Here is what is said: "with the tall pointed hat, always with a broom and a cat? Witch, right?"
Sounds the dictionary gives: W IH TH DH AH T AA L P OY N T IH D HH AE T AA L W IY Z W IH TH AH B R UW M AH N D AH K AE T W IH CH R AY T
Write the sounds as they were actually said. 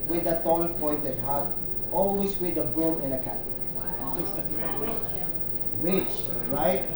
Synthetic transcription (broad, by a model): W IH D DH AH T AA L P OY N T IH D HH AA T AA L W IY S W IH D AH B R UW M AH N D AH K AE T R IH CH R AY T